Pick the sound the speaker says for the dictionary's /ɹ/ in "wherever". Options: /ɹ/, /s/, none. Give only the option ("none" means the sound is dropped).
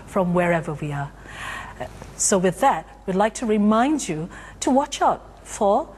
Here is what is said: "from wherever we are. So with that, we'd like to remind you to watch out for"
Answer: /ɹ/